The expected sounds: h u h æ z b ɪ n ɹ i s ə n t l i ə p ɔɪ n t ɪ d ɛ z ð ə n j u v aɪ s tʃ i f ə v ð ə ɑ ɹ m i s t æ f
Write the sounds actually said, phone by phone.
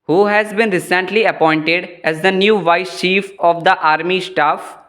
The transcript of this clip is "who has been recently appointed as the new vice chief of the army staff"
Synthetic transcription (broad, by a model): h u h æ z b ɪ n ɹ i s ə n t l i ə p ɔɪ n t ɪ d ɛ z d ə n j u v aɪ s tʃ i f ə v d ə ɑ ɹ m i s t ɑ f